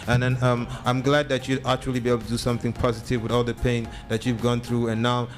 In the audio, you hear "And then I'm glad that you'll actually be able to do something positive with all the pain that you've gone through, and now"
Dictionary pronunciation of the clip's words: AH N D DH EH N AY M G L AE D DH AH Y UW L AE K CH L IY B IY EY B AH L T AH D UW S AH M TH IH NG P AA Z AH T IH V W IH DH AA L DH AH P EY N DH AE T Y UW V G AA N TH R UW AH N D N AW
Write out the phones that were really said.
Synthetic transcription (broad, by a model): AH N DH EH N AY M G L AE D DH AH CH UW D AE K CH L IY B IY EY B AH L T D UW S AH M TH IH NG P AA Z AH T IH V W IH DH AA L DH AH P EY N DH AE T Y UW V G AA N TH R UW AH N N AW